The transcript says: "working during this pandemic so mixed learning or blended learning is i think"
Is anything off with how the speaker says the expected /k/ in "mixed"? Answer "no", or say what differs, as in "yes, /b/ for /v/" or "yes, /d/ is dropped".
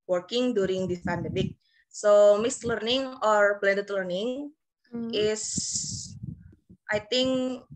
yes, /k/ is dropped